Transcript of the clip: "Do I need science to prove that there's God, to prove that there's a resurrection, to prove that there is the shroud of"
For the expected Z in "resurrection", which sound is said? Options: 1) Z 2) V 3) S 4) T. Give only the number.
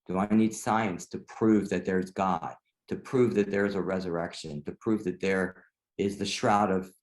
1